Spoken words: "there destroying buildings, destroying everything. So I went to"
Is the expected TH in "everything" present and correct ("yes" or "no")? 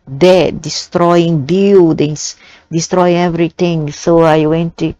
no